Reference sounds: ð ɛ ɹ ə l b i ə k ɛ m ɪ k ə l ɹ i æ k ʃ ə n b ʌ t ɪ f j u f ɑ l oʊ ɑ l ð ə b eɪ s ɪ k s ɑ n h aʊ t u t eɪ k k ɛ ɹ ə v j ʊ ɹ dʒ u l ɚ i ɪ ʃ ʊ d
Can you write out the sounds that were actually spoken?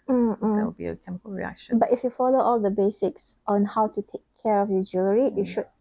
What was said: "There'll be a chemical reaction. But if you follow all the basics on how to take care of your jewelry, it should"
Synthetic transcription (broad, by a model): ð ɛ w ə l b i ə k ɛ m ɪ k ə l ɹ i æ k ʃ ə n b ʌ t ɪ f j u f ɑ l oʊ ɑ l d ə b eɪ s ɪ k s ɑ n h aʊ t u t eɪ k k ɛ ɹ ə f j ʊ dʒ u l ɚ i ɪ ʃ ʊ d